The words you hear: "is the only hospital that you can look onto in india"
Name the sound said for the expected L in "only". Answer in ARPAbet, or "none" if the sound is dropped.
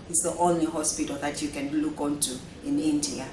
L